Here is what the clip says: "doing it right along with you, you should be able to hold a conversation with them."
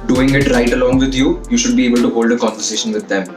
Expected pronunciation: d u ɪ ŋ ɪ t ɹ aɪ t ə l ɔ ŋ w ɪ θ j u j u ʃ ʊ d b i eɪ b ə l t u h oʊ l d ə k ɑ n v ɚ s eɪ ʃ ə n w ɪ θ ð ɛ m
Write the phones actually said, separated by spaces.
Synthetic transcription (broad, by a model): d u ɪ ŋ ɪ t ɹ aɪ t ə l ɔ ŋ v ɪ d j u j u ʃ ʊ d b i eɪ b ə l t u h oʊ l d ə k ɑ n v ɚ s eɪ ʃ ə n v ɪ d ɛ m